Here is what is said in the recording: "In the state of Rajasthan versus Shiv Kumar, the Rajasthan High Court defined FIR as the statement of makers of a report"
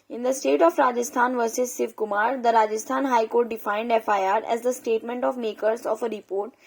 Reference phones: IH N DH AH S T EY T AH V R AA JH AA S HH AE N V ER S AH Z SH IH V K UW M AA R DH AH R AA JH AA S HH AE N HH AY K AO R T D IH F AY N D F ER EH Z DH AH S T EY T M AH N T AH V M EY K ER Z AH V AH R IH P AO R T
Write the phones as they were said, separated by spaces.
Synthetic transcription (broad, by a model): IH N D AH S T EY T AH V R AA JH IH S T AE N V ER S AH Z S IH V K UW M AA R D AH R AA JH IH S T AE N HH AY K AO R T D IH F AY N D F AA EH Z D AH S T EY T M AH N T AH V M EY K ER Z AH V AH R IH P AO R T